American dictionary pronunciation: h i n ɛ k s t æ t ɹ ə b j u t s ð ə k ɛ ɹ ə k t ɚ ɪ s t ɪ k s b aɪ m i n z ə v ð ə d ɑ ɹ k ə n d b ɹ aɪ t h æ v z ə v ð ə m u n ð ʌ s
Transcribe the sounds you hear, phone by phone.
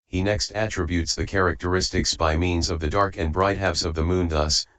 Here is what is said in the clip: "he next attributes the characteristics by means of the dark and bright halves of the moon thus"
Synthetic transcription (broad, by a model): h i n ɛ k s t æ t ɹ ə b j u t s ð ə k ɛ ɹ ə k t ɚ ɪ s t ɪ k s b aɪ m i n z ə v ð ə d ɑ ɹ k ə n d b ɹ aɪ t h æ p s ə v ð ə m u n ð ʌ s